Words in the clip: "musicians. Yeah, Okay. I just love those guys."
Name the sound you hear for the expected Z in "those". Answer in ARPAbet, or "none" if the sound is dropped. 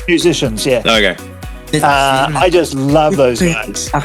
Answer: Z